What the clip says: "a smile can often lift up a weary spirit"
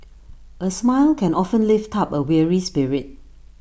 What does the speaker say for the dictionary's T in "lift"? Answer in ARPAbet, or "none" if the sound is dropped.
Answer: T